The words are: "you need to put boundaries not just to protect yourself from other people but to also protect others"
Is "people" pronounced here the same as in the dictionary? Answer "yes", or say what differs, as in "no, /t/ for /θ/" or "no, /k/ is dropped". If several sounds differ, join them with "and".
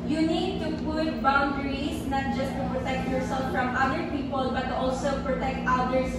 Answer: yes